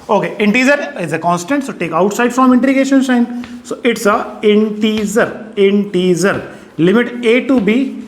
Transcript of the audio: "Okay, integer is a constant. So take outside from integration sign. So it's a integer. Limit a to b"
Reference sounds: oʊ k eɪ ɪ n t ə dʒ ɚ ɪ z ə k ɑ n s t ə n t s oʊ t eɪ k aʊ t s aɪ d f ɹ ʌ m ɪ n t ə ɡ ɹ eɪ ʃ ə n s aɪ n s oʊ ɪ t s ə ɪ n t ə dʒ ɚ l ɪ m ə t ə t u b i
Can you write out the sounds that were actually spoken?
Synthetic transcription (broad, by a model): oʊ k eɪ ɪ n t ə z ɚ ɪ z ə k ɑ n s t ə n t s oʊ t eɪ k aʊ t s aɪ d f ɹ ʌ m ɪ n t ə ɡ eɪ ʃ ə n ʃ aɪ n s oʊ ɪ t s ə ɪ n t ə z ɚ l ɪ m ə t ə t u b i